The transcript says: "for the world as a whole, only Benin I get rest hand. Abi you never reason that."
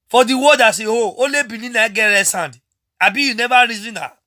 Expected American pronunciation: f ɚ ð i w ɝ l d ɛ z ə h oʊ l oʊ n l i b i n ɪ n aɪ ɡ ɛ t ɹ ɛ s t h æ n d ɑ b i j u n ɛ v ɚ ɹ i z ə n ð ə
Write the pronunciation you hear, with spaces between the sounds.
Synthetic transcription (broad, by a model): f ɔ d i w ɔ d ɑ s ə h oʊ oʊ l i b i n ɪ n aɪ ɡ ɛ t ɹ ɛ s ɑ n d ɑ b i j u n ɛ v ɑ ɹ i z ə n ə